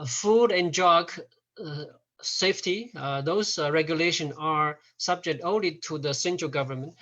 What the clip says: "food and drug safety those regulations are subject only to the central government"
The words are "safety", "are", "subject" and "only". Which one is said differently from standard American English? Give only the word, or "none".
none